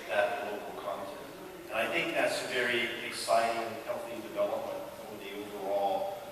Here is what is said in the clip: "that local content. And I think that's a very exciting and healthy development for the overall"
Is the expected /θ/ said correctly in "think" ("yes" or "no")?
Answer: yes